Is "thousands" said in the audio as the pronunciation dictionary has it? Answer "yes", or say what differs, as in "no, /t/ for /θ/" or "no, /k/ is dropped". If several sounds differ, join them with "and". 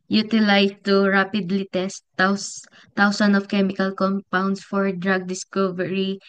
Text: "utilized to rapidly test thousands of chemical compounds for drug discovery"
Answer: no, /s/ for /θ/ and /s/ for /z/ and /z/ is dropped